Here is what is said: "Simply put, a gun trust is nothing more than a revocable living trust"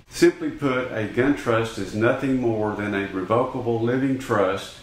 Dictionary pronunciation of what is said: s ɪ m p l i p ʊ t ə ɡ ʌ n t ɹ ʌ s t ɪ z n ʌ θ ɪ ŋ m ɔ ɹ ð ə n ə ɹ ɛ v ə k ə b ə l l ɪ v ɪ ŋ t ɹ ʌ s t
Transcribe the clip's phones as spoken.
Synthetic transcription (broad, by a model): s ɪ m p l i p ʊ t ə ɡ ʌ n t ɹ ʌ s t ɪ z n ʌ θ ɪ ŋ m ɔ ɹ ð ə n ə ɹ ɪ v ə k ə b l l ɪ v ɪ ŋ t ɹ ʌ s t